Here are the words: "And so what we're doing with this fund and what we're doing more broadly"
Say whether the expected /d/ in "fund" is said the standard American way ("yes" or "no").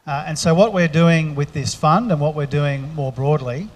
yes